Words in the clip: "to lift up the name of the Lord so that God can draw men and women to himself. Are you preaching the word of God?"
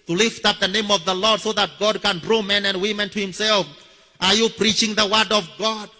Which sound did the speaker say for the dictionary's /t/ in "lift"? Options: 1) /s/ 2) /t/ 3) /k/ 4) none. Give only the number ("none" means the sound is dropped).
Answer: 2